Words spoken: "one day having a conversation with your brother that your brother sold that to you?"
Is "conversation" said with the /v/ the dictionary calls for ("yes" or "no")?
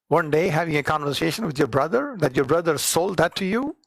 yes